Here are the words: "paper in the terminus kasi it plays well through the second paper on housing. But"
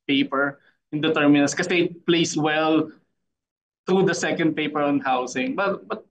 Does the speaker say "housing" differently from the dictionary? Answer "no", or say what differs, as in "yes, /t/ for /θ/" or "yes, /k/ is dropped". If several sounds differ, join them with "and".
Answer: yes, /s/ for /z/